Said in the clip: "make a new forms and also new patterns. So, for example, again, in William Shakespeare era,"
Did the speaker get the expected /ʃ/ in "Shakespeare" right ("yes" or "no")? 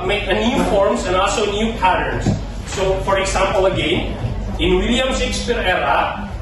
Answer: no